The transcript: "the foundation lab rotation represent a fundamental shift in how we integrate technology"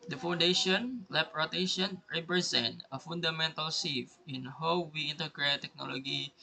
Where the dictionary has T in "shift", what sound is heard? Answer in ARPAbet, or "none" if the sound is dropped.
none